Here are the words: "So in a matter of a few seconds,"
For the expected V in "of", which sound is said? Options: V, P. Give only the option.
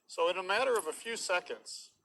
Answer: V